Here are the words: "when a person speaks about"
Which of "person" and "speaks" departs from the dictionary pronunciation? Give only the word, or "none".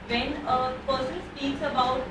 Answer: person